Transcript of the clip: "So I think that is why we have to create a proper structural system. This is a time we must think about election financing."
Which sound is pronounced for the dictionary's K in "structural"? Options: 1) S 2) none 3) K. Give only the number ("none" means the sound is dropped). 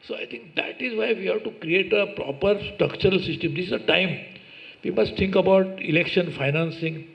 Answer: 3